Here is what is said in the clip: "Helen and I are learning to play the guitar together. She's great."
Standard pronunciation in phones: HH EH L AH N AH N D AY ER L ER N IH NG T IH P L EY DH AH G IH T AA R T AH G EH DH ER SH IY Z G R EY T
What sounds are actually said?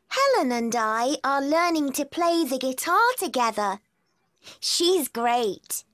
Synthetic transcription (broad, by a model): HH EH L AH N AH N D AY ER L ER N IH NG T IH P L EY DH AH G IH T AA R T AH G EH DH ER SH IY Z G R EY T